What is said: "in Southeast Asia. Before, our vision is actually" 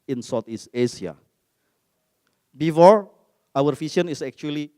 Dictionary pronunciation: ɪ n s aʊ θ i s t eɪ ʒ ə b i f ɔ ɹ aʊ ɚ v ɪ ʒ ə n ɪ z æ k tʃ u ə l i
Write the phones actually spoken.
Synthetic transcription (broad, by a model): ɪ n s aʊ t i s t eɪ s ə b i f ɔ ɹ aʊ ɚ f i s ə n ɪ s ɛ k tʃ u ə l i